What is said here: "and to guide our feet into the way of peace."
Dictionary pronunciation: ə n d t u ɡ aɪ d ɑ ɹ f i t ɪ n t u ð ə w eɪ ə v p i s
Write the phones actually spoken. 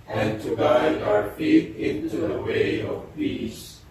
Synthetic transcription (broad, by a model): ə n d t u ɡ aɪ ɑ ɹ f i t ɪ n t u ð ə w eɪ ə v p i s